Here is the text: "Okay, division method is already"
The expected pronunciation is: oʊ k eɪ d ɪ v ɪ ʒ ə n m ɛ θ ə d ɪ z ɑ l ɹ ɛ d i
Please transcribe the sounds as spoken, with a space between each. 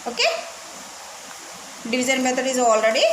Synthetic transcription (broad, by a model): oʊ k eɪ d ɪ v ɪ z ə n m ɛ t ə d ɪ z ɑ l ɹ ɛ d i